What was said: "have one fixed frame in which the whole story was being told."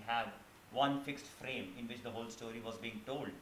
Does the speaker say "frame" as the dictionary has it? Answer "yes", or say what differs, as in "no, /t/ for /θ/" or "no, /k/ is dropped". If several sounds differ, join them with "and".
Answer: yes